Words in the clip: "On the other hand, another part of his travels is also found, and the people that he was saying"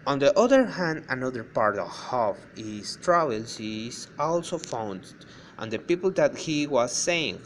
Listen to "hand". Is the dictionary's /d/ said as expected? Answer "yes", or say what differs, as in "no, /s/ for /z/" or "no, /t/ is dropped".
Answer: yes